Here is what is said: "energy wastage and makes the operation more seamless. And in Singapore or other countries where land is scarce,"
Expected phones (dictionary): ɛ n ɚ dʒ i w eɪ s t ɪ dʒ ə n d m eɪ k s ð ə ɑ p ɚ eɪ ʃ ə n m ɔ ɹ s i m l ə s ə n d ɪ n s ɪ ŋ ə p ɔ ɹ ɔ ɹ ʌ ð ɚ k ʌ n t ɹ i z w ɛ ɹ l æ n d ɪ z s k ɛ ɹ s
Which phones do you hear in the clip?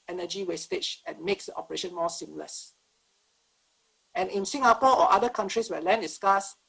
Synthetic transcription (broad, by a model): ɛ n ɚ dʒ i w eɪ s t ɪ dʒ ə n m eɪ k s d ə ɑ p ɚ eɪ ʃ ə n m ɔ s i m l ə s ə n ɪ n s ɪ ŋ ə p ɔ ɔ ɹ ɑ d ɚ k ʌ n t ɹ i s w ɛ l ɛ n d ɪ s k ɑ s